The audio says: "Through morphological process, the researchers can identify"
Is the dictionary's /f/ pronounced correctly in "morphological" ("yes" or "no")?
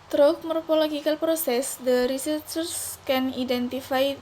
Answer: no